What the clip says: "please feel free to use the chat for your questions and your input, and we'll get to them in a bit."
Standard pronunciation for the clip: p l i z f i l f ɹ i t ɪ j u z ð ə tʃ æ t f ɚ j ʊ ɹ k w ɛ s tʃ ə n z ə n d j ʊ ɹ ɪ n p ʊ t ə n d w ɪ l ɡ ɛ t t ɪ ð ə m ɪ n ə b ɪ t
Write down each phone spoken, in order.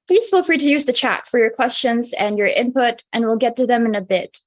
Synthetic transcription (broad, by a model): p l i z f i l f ɹ i t ɪ j u z ð ə tʃ æ t f ɚ j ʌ ɹ k w ɛ s tʃ ə n z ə n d j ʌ ɹ ɪ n p ʊ t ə n w ɪ l ɡ ɛ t t ɪ ð ə m ɪ n ə b ɪ t